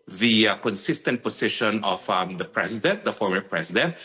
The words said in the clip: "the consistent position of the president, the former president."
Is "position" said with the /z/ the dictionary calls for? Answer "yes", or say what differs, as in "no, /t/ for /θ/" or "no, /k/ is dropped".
no, /s/ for /z/